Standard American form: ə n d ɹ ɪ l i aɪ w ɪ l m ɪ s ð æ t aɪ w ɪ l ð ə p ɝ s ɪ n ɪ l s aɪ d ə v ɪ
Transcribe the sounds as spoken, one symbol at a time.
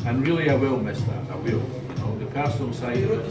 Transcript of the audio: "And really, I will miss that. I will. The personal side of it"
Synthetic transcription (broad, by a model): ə n ɹ ɪ l i aɪ w ɪ l m ɪ s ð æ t aɪ w ɪ l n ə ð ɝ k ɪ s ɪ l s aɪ ə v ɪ